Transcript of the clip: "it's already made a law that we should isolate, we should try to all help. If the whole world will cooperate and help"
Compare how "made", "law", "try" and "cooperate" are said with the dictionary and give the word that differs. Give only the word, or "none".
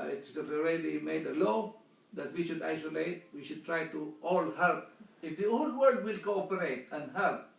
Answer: none